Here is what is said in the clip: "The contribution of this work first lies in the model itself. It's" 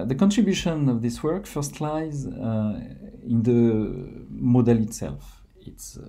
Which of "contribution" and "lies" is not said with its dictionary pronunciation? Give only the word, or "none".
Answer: none